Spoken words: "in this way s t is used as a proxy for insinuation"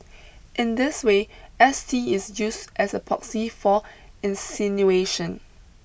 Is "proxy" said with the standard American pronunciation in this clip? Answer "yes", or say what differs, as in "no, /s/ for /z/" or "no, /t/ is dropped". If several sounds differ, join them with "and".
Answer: no, /ɹ/ is dropped